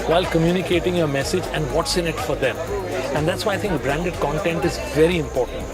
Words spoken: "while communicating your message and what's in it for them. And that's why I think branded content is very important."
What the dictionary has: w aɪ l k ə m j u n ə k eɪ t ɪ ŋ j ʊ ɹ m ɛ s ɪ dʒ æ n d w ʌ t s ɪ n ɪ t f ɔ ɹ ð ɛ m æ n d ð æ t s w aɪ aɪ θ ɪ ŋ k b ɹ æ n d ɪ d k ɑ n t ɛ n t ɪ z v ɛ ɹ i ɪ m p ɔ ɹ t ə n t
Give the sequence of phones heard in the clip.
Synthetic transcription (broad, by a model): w aɪ l k ə m j u n ə k eɪ t ɪ ŋ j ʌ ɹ m ɛ s ɪ dʒ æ n d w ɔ t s ɪ n ɪ t f ɔ ɹ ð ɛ m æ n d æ t s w aɪ aɪ t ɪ ŋ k b ɹ æ n d ɪ d k ɑ n t ɛ n t ɪ z v ɛ ɹ i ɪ m p ɔ ɹ t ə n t